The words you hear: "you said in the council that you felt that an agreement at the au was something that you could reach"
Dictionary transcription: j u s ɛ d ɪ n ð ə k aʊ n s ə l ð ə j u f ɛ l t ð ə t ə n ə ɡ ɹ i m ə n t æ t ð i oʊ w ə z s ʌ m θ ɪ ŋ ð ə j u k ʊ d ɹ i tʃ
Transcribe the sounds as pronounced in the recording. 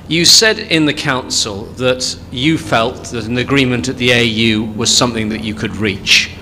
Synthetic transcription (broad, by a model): j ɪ s ɛ d ɪ n ð ə k aʊ n s ə l ð ə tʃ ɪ f ɛ l t ð ə t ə n ə ɡ ɹ i m ə n t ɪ t ð i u w ə z s ʌ m θ ɪ ŋ ð ə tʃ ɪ k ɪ d ɹ i tʃ